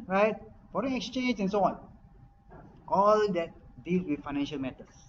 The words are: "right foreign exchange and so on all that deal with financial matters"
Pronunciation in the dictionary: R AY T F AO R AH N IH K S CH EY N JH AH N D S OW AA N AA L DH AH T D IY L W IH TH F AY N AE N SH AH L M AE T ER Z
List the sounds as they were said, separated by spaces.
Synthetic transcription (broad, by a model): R AY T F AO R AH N IH K S CH EY N JH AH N S OW AA N AA L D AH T D IY L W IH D F AY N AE N SH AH L M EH T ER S